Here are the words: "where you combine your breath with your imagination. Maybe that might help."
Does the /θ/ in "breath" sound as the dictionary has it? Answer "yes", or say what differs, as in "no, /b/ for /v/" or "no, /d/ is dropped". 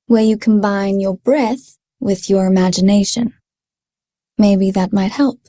yes